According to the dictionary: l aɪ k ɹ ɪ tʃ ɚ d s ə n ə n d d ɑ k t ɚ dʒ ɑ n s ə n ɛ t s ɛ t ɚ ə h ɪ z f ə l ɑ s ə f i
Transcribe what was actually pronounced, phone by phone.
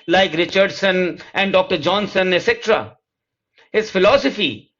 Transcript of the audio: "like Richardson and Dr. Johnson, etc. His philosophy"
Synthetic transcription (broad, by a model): l aɪ k ɹ ɪ tʃ ɚ d s ə n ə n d d ɑ k t ɚ dʒ ɑ n s ə n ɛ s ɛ t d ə h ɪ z f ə l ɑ s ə f i